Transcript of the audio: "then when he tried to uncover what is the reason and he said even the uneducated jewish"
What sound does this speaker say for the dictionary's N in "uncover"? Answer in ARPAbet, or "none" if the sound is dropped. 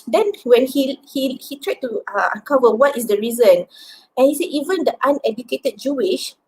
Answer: none